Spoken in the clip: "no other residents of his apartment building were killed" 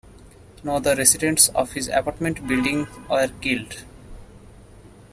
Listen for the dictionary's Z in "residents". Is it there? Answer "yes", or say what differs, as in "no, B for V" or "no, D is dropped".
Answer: no, S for Z